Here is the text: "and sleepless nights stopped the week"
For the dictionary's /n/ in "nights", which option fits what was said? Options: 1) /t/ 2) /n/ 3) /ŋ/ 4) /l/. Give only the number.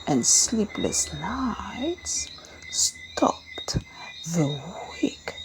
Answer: 4